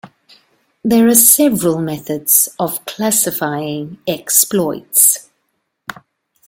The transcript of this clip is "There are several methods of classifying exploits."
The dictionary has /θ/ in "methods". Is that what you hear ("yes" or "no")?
yes